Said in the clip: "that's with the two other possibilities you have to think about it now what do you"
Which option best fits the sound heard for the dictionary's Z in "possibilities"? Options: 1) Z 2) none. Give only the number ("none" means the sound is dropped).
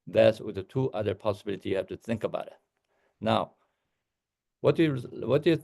2